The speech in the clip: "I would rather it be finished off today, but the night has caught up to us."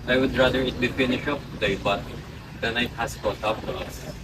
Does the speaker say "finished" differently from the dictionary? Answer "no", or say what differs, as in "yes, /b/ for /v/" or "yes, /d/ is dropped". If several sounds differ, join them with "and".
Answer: yes, /t/ is dropped